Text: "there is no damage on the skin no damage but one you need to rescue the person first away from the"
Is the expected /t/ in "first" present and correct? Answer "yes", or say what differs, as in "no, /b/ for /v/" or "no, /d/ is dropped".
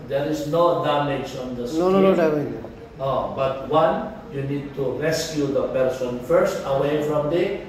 yes